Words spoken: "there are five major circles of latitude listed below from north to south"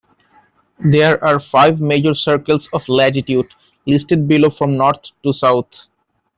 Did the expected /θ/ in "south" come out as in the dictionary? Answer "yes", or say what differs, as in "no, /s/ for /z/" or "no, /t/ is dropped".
no, /t/ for /θ/